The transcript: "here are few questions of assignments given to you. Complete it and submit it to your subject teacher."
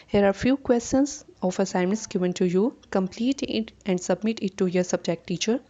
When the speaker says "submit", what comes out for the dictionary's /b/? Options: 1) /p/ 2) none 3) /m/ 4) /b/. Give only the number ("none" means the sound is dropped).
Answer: 4